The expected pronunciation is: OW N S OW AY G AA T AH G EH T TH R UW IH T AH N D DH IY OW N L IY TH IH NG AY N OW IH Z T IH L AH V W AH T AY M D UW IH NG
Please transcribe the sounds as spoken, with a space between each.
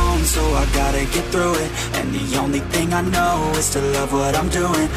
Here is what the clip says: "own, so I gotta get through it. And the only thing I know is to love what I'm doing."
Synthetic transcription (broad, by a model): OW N S OW AY G AA T AH G EH T TH R UW IH T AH N DH IY OW N L IY TH IH NG AY N OW IH Z T IH L AH V W AH T AY M D UW IH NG